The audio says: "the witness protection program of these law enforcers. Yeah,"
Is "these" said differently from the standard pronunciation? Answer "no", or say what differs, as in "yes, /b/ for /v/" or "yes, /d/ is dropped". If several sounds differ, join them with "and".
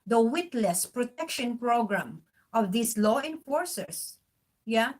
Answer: yes, /s/ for /z/